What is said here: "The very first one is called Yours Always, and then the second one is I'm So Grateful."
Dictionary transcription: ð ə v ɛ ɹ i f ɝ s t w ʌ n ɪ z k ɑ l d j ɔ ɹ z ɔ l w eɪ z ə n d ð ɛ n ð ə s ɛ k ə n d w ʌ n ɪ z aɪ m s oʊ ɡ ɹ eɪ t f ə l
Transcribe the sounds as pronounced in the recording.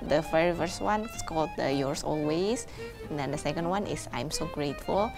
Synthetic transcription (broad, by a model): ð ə f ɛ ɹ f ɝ s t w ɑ n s k ɑ l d j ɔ ɹ s ɔ l w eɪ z ə n d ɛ n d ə s ɛ k ə n d w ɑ n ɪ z aɪ m s oʊ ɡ ɹ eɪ t f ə l